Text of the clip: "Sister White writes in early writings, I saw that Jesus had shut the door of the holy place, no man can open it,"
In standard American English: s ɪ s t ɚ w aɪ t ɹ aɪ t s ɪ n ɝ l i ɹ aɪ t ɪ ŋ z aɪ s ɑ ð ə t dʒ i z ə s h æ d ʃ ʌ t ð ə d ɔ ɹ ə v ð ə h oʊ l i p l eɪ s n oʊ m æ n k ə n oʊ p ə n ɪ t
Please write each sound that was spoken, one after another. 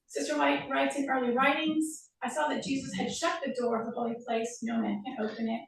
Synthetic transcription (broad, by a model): s ɪ s t ɚ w aɪ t ɹ aɪ t s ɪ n ɝ l i ɹ aɪ t ɪ ŋ z aɪ s ɑ ð ə t dʒ i z ə s h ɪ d ʃ ʌ t ð ə d ɔ ɹ ə v ð ə h oʊ l i p l eɪ s n oʊ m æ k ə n oʊ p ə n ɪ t